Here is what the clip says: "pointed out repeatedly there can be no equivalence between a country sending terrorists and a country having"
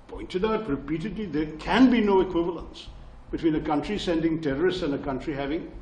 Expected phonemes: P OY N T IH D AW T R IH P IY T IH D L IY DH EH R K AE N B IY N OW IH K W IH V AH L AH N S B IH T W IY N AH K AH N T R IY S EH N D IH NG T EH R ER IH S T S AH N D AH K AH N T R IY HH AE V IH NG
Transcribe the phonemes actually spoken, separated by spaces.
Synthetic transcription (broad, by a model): P OY N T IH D AW T R IH P IY T IH D L IY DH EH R K AE N B IY N OW IH K W IH V AH L AH N S B IH T W IY N AH K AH N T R IY S EH N D IH NG T EH R ER IH S T S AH N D AH K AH N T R IY HH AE V IH NG